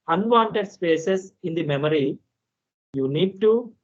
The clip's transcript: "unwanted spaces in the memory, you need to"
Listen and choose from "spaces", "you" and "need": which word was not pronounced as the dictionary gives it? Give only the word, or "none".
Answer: spaces